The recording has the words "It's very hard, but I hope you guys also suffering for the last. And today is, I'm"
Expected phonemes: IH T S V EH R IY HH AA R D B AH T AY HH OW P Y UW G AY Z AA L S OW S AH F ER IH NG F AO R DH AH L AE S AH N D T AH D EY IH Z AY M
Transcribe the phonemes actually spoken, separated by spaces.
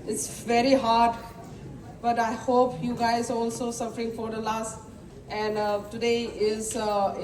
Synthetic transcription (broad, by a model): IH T S V EH R IY HH AA R D B AH T AY HH OW P Y UW G AY Z AA L S OW S AH F ER IH NG F AO R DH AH L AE S AH N D T AH D EY IH Z